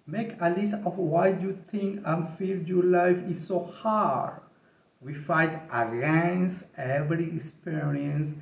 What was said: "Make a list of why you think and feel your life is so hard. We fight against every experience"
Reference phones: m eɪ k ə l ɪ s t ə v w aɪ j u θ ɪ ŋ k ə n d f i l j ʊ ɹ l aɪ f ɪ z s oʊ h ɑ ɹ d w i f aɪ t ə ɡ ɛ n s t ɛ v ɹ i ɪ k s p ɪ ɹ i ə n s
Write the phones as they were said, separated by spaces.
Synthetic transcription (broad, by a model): m eɪ k ə l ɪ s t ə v w aɪ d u t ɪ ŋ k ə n f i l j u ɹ l aɪ f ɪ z s oʊ h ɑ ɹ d w i f aɪ t ə ɡ ɛ n s t ɛ v ɹ i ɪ k s p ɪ ɹ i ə n s